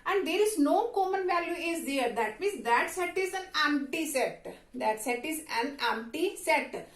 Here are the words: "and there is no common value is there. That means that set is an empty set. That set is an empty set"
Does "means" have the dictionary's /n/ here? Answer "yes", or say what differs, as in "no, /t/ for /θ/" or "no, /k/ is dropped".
no, /n/ is dropped